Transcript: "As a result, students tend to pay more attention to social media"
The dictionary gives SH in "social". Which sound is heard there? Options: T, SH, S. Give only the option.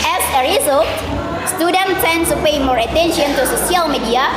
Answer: S